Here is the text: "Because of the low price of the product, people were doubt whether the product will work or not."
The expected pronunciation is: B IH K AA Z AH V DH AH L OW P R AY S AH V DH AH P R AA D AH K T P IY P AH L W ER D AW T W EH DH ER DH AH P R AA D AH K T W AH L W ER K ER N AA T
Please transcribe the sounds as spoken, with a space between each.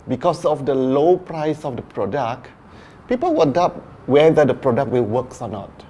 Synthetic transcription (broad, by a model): B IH K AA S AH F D AH L OW P R AY S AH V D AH P R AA D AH K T P IY P AH L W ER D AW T W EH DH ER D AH P R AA D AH K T W AH L W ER K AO N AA T